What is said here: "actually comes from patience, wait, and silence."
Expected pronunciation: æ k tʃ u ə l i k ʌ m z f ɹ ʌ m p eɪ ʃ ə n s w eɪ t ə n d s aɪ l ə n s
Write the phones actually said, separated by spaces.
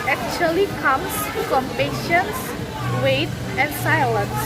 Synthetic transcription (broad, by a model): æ k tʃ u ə l i k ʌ m s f ɹ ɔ m p eɪ ʃ ə n s w eɪ t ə n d s aɪ l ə n s